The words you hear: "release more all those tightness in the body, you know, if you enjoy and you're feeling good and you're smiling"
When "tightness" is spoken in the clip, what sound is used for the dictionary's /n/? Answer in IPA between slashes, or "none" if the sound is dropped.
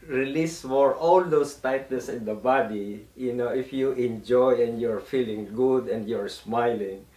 none